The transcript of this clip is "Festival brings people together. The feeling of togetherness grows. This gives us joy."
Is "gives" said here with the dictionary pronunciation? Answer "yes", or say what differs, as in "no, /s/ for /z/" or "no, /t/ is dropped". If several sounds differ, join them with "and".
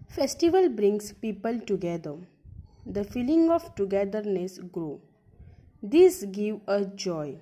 no, /z/ is dropped